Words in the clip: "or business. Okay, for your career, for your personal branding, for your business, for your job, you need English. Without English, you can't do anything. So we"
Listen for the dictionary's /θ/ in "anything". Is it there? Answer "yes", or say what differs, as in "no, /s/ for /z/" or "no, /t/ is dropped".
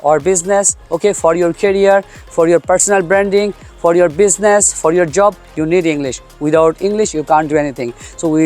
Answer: no, /t/ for /θ/